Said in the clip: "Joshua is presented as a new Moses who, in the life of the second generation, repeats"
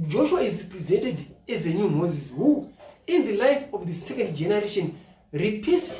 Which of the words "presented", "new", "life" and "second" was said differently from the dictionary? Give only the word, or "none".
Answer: none